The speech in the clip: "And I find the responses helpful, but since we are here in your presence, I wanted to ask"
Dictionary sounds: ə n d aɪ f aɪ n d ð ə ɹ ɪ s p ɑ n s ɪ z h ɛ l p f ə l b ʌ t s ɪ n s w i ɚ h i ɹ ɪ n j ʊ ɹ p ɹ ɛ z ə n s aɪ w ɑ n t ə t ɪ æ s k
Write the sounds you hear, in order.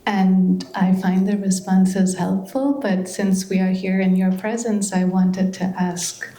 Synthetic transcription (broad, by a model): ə n aɪ f aɪ n ð ə ɹ ɪ s p ɑ n s ɪ z h ɛ l p f l b ʌ t s ɪ n s w i ɚ h i ɹ ɪ n j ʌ ɹ p ɹ ɛ z ə n s aɪ w ɑ n t ə t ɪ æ s k